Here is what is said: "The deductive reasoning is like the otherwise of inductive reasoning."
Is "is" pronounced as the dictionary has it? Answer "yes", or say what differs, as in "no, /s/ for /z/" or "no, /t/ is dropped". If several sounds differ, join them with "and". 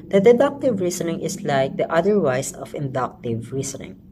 no, /s/ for /z/